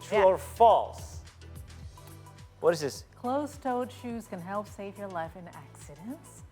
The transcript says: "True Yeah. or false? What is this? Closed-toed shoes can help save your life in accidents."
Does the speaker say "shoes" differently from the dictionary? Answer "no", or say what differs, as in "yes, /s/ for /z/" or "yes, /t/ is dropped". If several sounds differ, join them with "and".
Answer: no